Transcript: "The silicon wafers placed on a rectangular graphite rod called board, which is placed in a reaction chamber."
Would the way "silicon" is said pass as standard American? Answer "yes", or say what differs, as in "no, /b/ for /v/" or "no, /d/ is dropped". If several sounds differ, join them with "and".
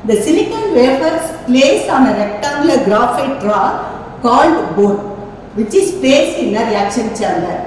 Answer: no, /n/ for /l/